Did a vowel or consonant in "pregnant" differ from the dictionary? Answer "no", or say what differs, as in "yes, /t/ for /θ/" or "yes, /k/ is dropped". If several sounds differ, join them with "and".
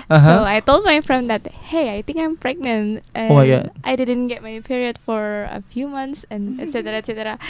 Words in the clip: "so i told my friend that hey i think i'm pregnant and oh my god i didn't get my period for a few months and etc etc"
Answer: no